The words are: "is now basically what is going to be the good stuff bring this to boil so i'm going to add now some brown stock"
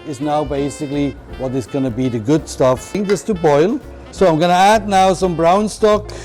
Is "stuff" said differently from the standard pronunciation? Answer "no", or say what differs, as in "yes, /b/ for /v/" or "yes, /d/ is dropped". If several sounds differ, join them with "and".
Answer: no